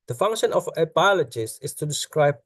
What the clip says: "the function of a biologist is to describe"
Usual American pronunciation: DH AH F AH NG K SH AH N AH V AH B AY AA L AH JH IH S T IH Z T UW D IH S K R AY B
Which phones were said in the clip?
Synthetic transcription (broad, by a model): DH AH F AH NG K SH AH N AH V AH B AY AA L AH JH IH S IH S T UW D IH S K R AY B